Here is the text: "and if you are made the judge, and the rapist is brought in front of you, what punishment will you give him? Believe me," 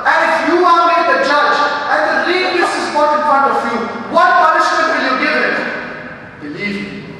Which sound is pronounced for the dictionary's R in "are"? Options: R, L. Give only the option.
L